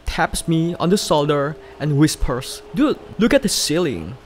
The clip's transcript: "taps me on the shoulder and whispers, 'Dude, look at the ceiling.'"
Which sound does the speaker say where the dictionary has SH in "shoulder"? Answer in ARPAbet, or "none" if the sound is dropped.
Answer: S